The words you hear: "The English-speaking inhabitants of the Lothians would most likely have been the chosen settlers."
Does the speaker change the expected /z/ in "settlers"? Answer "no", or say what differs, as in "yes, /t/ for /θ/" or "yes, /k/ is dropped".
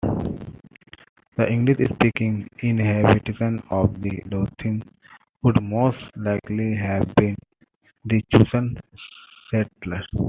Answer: yes, /z/ is dropped